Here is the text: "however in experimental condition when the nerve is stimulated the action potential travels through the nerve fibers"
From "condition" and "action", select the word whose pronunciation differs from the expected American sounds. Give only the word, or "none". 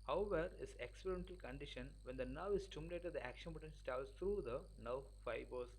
none